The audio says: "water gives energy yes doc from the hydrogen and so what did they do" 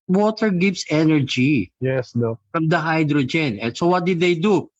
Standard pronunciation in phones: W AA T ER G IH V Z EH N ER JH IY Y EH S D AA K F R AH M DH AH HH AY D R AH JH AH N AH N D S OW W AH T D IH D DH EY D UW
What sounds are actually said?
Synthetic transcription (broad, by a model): W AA T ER G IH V S EH N ER JH IY Y EH S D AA F R AH M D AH HH AY D R AH JH AH N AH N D S OW W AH T D IH D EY D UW